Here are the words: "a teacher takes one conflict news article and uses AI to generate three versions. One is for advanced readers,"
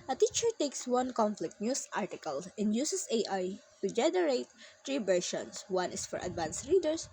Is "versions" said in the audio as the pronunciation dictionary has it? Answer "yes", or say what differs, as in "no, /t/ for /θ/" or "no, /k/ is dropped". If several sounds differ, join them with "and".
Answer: no, /ʃ/ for /ʒ/ and /s/ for /z/